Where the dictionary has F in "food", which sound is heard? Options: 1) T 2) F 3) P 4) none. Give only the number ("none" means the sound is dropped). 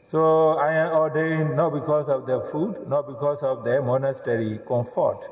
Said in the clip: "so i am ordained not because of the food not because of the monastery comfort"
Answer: 2